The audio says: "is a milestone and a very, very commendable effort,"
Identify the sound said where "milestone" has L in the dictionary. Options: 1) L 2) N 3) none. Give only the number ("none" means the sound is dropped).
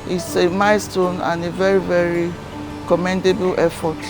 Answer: 3